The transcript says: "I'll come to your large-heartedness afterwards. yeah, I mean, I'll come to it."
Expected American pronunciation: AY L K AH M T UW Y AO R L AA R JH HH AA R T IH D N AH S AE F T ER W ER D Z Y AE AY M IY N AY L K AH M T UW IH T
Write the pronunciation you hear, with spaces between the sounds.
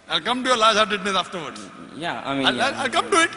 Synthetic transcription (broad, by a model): AY L K AH M T UW Y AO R L AA R JH HH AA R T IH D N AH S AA F T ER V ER D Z Y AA AY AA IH L AY L K AH M T UW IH T